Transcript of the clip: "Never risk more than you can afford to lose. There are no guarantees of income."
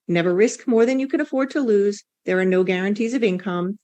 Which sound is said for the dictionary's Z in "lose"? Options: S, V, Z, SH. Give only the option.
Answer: Z